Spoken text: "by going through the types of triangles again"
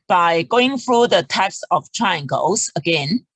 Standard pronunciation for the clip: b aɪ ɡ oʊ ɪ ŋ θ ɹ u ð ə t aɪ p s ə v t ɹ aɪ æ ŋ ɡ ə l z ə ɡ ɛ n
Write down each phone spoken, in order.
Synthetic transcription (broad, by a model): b aɪ ɡ oʊ ɪ ŋ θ ɹ u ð ə t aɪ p s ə f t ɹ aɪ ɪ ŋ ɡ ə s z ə ɡ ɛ n